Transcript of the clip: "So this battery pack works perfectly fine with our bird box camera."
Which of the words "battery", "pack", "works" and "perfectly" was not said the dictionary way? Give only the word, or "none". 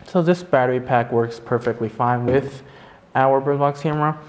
none